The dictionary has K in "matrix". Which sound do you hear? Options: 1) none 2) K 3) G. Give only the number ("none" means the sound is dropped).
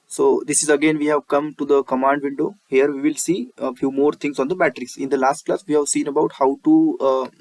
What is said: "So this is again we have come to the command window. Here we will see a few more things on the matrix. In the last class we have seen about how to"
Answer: 1